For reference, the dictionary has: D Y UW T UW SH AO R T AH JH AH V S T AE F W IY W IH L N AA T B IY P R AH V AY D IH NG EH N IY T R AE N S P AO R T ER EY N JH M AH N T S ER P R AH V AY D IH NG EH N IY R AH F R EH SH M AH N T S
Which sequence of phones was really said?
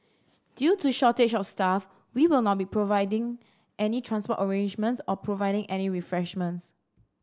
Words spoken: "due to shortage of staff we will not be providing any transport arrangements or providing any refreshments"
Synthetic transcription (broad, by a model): D Y UW T UW SH AO T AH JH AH F S T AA F W IY W IH L N AA T B IY P R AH V AY D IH NG EH N IY T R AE N S P AO T ER EY N JH M AH N T S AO P R AH V AY D IH NG EH N IY R AH F R EH SH M AH N T S